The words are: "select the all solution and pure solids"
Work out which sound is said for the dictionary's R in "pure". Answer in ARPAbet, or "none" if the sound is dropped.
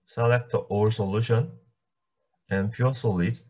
L